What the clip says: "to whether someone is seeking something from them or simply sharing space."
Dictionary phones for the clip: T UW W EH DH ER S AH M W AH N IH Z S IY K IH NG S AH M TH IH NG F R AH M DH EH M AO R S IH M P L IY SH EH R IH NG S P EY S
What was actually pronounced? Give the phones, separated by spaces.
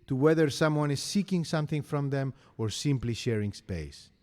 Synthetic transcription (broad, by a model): T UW W EH DH ER S AH M W AH N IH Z S IY K IH NG S AH M TH IH NG F R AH M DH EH M AO R S IH M P L IY SH EH R IH NG S P EY S